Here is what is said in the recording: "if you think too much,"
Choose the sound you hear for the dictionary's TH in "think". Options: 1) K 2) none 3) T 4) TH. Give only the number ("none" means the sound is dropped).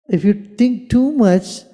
3